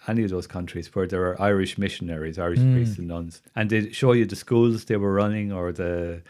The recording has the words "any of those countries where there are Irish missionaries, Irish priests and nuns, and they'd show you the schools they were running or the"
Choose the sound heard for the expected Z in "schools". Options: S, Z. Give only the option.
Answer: Z